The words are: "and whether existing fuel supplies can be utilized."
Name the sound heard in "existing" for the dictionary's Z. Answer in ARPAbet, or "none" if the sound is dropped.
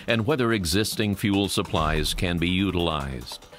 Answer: Z